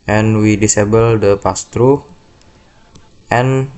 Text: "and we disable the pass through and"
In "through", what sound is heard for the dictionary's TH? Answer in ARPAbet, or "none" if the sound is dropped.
T